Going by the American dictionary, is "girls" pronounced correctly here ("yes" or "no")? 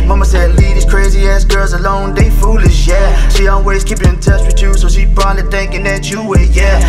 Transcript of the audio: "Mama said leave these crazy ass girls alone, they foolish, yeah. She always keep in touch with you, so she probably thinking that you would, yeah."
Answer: yes